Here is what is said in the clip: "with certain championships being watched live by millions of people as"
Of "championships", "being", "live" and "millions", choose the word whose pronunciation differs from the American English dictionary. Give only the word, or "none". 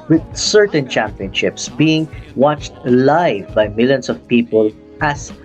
millions